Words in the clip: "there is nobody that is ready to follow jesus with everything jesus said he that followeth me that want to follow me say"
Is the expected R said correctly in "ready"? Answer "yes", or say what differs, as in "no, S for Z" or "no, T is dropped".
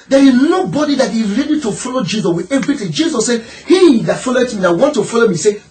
yes